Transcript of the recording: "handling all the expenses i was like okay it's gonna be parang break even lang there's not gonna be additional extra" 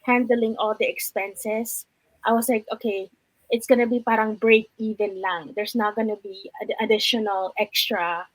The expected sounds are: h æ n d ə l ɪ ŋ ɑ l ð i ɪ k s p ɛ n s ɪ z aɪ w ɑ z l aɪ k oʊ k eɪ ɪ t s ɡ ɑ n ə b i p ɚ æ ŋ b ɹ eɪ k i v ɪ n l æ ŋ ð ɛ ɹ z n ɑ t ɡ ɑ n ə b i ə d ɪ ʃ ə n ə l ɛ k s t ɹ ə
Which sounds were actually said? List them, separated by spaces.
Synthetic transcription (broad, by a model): h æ n d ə l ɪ ŋ ɑ l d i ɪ k s p ɛ n s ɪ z aɪ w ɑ s l aɪ k oʊ k eɪ ɪ t s ɡ ɑ n ə b i p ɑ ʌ ŋ b ɹ eɪ k i v ɪ n l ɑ ŋ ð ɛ ɹ s n ɑ t ɡ ɑ n ə b i ə d ɪ ʃ ə n ə l ɛ k s t ɹ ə